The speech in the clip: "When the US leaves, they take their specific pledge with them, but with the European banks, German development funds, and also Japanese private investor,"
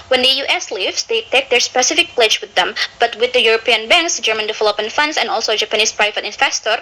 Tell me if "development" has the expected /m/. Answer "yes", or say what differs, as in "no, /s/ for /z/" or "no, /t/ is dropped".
no, /m/ is dropped